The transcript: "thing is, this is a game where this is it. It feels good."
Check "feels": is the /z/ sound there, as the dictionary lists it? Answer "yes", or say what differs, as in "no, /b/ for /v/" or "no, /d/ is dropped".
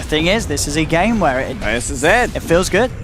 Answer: yes